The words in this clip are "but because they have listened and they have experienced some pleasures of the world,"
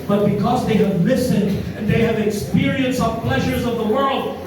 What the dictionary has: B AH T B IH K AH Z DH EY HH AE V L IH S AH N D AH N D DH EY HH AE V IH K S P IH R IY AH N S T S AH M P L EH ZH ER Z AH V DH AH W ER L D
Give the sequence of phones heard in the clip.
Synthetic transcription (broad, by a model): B AH T B IH K AH Z DH EY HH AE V L IH S AH N D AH N DH EY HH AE V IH K S P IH R IY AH N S S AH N P L EH ZH ER Z AH V DH AH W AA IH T